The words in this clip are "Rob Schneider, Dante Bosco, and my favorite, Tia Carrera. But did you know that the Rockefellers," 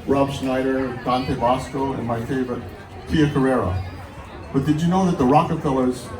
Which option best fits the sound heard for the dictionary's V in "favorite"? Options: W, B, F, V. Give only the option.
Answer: V